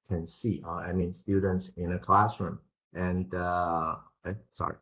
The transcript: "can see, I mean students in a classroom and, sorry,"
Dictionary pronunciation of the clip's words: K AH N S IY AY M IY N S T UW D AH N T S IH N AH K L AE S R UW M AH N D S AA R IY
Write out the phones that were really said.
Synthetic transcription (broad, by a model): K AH N S IY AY M IY N S T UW D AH N T S IH N AH K L AE S R UW M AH N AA S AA R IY